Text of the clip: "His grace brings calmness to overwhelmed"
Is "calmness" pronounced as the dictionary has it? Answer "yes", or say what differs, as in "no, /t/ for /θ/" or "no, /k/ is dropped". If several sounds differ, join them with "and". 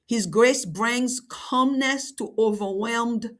yes